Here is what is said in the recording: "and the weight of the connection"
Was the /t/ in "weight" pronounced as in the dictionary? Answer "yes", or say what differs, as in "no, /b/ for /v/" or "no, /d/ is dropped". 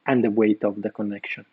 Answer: yes